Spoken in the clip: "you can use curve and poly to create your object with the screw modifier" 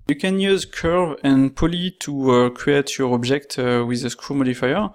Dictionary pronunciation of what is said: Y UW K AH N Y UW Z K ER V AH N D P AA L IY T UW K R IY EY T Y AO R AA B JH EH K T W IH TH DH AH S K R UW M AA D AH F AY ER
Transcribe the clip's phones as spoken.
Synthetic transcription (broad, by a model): Y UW K AH N Y UW Z K ER V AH N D P AA L IY T UW K R IY EY T Y AO R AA B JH EH K T W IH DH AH S K UW M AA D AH F AY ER